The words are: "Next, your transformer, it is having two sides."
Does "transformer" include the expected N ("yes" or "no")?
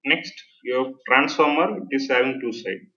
yes